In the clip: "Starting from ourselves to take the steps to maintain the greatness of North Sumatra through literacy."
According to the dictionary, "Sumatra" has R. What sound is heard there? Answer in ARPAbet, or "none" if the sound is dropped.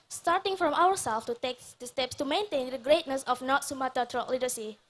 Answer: none